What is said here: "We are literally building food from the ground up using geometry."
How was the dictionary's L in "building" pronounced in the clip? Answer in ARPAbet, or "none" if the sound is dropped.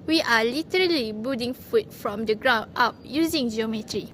none